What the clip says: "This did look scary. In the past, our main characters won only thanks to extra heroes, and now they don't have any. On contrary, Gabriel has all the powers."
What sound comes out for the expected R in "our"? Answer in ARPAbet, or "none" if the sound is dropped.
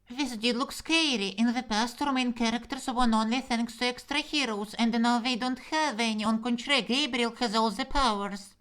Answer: R